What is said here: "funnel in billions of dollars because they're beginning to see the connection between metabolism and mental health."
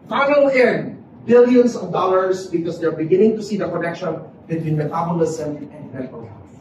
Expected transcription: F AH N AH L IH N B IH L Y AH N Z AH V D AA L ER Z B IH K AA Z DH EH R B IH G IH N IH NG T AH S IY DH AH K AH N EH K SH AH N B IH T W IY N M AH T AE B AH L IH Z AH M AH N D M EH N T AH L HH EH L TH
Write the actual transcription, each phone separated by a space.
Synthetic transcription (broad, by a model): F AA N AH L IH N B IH L Y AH N S AH V D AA L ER S B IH K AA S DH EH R B IH G IH N IH NG T AH S IY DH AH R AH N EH K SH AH N B IH T W IY N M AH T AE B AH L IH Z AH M AH N D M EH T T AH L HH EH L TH